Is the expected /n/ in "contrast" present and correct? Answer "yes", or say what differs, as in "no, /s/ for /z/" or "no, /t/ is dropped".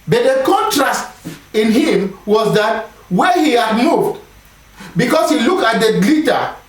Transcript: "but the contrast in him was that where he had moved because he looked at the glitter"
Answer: yes